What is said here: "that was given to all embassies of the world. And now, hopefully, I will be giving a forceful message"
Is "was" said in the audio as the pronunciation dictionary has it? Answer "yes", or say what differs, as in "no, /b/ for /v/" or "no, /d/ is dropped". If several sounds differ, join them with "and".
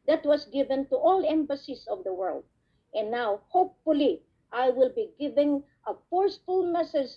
no, /s/ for /z/